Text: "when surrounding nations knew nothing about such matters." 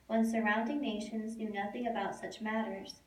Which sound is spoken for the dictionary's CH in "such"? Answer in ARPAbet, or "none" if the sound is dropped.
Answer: CH